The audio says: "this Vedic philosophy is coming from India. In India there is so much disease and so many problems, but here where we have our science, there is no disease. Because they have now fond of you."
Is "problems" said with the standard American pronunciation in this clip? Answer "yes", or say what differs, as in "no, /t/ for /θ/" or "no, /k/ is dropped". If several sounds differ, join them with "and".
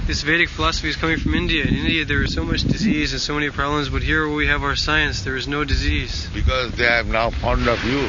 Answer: yes